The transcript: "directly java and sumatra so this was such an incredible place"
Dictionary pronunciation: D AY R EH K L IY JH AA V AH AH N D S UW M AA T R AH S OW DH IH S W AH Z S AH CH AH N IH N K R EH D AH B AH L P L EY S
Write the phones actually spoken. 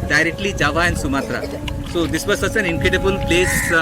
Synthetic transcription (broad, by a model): D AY R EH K L IY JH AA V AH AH N S UW M AA T R AH S OW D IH S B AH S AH S AH N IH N K R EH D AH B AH L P L EY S